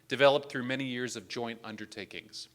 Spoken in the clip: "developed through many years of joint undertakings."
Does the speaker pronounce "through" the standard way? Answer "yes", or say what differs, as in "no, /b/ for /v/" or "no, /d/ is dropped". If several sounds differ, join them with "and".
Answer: yes